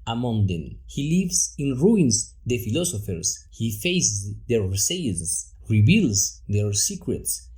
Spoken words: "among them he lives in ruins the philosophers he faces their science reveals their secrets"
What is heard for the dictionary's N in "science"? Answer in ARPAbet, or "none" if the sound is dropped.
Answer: none